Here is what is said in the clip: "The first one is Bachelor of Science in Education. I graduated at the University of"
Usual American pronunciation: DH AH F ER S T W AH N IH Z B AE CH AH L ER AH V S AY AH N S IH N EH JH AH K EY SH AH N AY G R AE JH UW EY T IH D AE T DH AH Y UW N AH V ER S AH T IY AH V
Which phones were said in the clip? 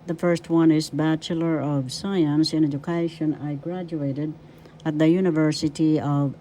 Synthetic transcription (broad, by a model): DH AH F ER S T W AH N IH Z B AE CH AH L ER AH V S AY AH N S IH N EH JH AH K EY SH AH N AY G R AE JH UW EY T IH D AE T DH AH Y UW N AH V ER S AH T IY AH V